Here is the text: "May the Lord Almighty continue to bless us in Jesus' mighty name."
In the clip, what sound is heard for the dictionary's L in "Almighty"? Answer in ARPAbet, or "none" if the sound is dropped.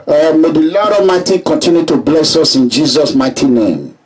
none